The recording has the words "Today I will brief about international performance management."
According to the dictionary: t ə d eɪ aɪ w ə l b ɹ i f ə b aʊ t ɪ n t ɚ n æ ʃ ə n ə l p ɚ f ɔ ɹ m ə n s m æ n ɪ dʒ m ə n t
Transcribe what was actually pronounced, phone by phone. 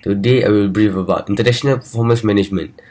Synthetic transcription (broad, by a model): t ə d eɪ aɪ w ə l b ɹ i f ə b aʊ t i n t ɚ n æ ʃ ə n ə l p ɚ f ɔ m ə s m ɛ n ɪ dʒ m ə n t